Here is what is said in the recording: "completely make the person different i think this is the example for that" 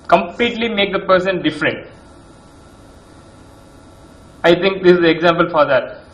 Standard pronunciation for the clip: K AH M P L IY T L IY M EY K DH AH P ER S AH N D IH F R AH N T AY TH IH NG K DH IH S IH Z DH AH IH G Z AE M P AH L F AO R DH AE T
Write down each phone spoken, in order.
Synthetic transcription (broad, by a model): K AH M P L IY T L IY M EY K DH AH P ER S AH N D IH F R AH N T AY T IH NG K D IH S IH Z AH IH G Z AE M P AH L F AO R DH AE T